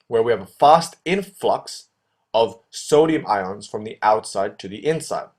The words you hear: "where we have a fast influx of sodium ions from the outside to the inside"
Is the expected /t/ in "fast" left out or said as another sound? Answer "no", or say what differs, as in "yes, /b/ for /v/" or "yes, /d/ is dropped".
no